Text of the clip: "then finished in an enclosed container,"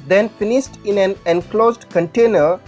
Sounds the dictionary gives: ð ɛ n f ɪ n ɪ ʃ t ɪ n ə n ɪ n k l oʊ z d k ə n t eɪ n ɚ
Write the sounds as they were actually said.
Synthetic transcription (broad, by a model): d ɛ n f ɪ n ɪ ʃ t ɪ n ə n ɪ n k l oʊ z d k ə n t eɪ n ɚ